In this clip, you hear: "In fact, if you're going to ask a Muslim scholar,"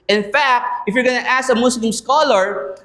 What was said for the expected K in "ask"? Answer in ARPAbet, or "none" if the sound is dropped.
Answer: none